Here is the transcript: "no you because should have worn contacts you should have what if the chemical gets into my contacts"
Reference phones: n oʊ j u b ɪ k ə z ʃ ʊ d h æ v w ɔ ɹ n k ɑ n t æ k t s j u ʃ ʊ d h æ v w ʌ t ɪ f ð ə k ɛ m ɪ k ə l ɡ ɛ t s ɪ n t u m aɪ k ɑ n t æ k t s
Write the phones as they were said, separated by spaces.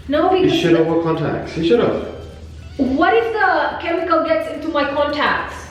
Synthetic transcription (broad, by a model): n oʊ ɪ ə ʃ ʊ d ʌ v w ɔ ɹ k ɑ n t æ k t s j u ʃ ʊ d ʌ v w ʌ t ɪ f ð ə k ɛ m ɪ k ə l ɡ ɛ t s ɪ n t u m aɪ k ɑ n t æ k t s